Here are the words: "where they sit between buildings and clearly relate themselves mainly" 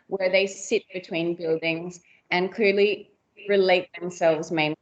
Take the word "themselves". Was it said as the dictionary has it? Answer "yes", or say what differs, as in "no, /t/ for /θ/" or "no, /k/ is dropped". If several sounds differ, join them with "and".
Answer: yes